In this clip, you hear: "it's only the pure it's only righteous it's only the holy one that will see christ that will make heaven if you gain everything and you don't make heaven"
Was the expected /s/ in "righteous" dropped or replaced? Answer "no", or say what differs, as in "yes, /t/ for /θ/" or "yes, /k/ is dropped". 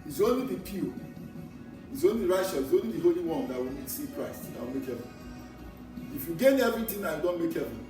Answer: yes, /ʃ/ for /s/